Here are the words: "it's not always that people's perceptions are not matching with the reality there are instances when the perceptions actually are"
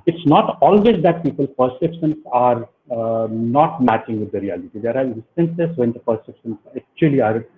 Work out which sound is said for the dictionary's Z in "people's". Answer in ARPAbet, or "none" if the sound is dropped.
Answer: none